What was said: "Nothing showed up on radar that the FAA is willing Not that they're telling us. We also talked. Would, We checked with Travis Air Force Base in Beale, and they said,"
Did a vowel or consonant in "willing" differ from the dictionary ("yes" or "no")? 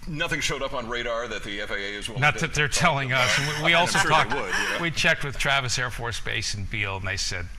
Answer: yes